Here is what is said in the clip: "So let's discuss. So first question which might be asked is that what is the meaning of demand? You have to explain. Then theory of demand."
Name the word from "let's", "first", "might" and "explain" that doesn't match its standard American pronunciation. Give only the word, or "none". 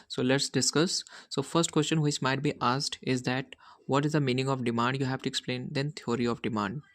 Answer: none